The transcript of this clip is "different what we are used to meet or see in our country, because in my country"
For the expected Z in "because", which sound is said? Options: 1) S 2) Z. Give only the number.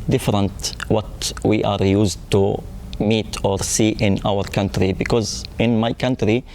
2